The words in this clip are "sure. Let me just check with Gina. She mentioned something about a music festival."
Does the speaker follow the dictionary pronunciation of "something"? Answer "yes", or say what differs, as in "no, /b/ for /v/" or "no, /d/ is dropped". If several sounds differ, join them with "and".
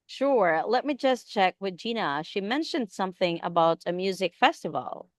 yes